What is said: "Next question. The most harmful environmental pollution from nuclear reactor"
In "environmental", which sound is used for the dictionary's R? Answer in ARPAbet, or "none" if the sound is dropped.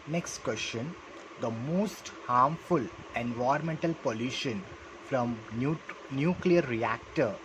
none